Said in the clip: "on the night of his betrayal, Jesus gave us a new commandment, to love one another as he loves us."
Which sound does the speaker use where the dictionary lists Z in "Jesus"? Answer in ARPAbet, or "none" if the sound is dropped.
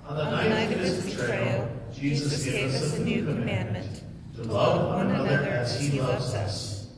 Z